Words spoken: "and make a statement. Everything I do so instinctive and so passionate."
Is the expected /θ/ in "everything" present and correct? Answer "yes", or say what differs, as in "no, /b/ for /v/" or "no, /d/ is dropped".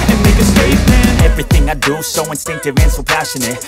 yes